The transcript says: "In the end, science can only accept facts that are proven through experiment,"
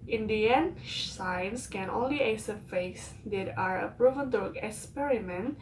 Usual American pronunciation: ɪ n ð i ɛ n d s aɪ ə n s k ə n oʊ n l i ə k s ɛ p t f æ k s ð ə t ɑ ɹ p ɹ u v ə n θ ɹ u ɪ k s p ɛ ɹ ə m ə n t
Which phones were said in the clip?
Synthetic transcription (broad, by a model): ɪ n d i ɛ n s aɪ ə n s k ə n oʊ n l i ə s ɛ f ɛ s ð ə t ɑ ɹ p ɹ u v ə n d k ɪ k s p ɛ ɹ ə m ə n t